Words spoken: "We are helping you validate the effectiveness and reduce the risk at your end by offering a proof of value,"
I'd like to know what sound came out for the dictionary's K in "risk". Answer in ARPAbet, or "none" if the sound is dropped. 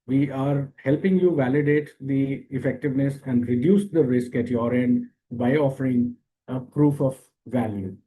K